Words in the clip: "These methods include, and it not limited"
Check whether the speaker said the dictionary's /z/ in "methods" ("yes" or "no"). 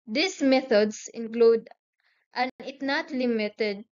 no